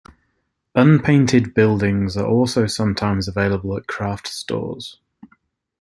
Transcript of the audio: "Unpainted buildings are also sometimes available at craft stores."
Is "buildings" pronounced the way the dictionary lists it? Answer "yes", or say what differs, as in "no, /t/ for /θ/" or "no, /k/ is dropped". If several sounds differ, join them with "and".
yes